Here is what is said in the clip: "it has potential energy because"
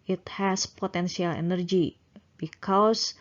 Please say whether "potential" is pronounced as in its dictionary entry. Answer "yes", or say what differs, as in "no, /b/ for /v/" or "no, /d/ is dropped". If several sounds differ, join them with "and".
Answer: no, /s/ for /ʃ/